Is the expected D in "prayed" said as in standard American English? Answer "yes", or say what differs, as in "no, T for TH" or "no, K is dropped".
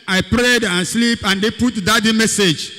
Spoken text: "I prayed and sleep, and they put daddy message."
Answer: yes